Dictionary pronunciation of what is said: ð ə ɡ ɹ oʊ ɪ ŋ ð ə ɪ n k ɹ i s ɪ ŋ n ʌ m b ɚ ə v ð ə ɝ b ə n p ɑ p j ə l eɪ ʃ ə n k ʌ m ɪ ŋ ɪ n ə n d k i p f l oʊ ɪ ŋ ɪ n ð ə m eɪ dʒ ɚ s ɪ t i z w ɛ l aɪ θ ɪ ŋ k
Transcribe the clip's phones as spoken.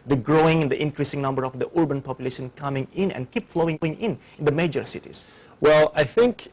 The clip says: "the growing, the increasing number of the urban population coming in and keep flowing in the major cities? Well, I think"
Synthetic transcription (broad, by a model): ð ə ɡ ɹ oʊ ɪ ŋ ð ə ɪ n k ɹ i s ɪ ŋ n ʌ m b ɚ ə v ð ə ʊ b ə n p ɑ p j ə l eɪ ʃ ə n k ʌ m ɪ ŋ ɪ n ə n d k i p f l oʊ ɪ ŋ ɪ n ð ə m eɪ dʒ ɚ s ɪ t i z w ɛ l aɪ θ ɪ ŋ k